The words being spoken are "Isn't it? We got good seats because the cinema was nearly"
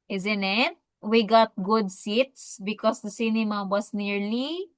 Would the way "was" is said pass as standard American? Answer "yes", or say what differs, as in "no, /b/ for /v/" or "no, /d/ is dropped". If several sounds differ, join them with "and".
no, /s/ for /z/